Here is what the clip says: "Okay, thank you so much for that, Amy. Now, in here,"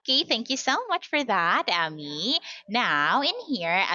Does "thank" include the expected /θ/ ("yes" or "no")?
yes